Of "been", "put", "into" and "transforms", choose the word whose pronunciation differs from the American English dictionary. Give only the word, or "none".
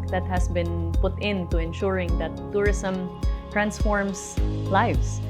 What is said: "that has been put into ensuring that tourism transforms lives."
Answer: transforms